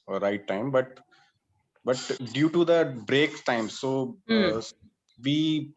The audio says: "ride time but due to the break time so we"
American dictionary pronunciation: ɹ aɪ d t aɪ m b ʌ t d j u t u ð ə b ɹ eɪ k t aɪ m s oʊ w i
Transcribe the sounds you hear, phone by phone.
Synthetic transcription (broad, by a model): ɹ aɪ t aɪ m b ʌ t d j u t u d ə b ɹ eɪ k t aɪ m s oʊ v i